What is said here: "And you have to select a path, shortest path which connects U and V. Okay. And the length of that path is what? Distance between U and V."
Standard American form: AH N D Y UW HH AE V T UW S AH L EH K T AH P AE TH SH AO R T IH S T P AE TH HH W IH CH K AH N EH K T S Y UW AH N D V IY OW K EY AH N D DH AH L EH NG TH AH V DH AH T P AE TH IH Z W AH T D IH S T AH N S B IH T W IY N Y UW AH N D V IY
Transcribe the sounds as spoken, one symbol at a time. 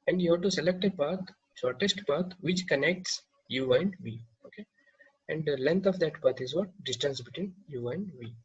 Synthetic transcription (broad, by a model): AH N D Y UW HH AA T UW S AH L EH K T AH P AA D SH AO R T IH S T P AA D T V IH CH K AH N EH K T S Y UW AH N D V IY OW K EY AH N D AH L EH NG T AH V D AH T P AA T IH Z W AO T D IH S T AH N S B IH T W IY N Y UW AH N D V IY